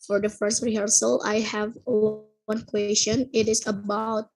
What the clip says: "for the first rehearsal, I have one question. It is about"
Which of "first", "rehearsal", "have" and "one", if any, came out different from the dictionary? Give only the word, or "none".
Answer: none